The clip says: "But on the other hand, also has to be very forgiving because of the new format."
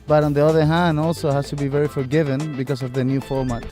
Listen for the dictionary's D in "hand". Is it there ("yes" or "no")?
yes